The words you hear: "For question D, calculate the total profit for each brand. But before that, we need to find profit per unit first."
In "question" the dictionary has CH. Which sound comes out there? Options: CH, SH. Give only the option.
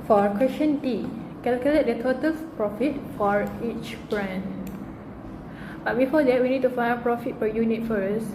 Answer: SH